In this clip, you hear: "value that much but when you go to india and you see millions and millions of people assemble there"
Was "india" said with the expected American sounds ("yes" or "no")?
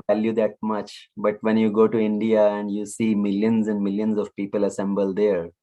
yes